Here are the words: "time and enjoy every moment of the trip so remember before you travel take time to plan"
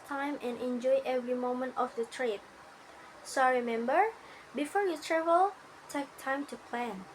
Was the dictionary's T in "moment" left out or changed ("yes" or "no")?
no